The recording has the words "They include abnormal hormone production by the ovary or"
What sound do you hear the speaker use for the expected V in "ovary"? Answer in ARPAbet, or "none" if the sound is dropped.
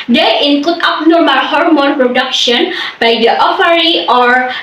F